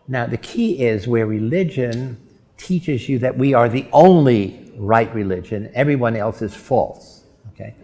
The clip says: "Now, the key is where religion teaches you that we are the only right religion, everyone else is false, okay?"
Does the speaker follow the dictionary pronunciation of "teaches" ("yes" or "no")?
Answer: yes